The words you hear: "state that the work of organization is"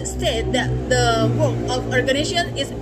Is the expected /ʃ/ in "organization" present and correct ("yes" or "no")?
no